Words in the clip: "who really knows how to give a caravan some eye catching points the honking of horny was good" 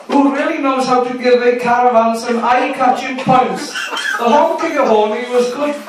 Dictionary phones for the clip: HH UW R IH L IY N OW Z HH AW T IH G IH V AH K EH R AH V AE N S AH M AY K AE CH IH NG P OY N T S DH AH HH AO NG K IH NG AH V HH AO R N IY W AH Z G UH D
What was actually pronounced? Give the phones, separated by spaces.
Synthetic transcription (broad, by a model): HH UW R IH L IY N OW Z HH AW T IH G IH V AH K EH R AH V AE L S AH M AY K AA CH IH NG P OY N T S DH AH HH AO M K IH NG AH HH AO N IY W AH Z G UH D